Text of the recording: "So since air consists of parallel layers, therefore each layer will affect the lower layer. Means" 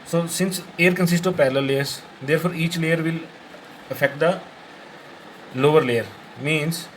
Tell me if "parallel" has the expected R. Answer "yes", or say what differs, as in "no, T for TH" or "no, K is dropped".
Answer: no, L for R